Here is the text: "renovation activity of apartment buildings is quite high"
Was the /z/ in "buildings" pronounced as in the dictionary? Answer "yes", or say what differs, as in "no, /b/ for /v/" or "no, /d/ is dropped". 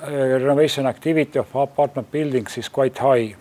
no, /s/ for /z/